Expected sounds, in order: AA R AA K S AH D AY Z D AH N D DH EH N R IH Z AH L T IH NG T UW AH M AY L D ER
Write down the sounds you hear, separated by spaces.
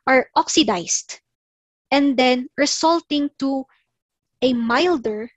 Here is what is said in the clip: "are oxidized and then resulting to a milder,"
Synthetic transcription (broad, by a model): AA R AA K S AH D AY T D AH N D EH N R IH S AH L T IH NG T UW AH M AY L D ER